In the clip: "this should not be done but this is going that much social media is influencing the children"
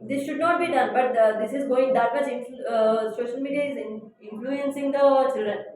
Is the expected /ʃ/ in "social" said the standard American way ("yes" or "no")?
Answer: yes